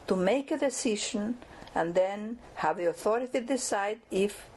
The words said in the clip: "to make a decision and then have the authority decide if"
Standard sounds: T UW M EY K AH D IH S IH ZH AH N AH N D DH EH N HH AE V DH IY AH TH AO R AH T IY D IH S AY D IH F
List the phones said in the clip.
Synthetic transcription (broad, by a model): T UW M EY K AH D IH S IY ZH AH N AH N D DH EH N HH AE V DH IY AH TH AO R AH T IY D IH S AY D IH F